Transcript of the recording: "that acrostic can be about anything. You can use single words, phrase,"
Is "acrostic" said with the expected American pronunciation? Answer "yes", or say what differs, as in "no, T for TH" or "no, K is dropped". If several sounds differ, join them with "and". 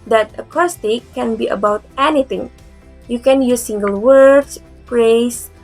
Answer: no, R is dropped